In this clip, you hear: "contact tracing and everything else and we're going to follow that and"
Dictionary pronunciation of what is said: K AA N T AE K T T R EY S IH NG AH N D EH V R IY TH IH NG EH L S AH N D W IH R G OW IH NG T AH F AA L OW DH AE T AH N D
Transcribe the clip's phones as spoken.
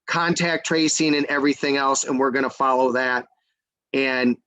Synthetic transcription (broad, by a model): K AA N T AE K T T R EY S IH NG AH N EH V R IY TH IH NG EH L S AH N W IH R G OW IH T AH F AA L OW DH AE T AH N